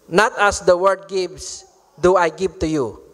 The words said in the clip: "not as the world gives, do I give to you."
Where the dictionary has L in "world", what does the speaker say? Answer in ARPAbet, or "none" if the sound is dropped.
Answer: none